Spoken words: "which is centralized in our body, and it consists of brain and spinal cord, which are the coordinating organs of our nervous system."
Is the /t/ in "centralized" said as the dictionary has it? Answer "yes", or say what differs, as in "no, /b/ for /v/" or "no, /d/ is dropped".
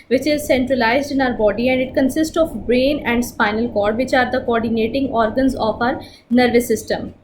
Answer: yes